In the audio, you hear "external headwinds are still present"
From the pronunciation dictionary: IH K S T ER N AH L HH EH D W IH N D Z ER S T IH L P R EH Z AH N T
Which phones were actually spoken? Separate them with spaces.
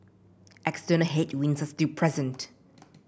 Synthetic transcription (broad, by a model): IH K S T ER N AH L HH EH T W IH N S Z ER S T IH P R EH Z AH N T